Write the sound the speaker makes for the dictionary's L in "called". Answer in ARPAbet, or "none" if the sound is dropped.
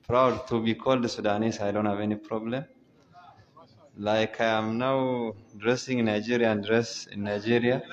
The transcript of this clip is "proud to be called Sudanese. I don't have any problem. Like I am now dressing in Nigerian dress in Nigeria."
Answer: L